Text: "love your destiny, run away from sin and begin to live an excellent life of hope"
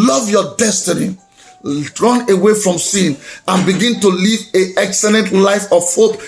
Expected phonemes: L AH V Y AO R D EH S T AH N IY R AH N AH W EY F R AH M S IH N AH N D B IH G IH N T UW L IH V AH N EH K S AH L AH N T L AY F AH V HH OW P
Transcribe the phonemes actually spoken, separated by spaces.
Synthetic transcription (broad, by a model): L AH V Y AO D EH S T AH N IY R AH N AH W EY F R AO M S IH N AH N B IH G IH N T UW L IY V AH EH K S AH L AH N T L AY F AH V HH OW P